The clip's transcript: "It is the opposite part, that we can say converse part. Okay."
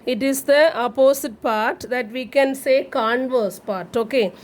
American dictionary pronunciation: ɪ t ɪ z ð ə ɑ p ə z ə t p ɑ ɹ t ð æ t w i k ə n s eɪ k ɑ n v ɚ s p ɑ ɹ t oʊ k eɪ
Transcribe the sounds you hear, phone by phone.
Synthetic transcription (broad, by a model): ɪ t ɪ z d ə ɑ p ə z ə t p ɑ ɹ t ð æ t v i k ə n s eɪ k ɑ n v ɚ s p ɑ ɹ t oʊ k eɪ